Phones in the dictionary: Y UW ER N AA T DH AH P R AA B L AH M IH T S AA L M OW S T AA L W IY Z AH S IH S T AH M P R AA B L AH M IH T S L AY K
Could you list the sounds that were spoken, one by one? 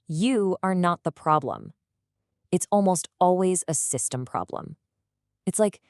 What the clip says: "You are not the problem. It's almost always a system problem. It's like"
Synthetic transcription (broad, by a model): Y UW ER N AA T DH AH P R AA B L AH M IH T S AA L M OW S T AA L W IY Z AH S IH S T AH M P R AA B L AH M IH T S L AY K